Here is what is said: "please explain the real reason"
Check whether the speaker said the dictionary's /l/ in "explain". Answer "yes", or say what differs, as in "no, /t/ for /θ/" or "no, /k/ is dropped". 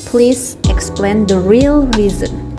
yes